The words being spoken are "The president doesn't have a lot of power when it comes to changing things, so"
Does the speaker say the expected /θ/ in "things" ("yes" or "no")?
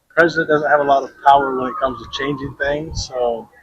yes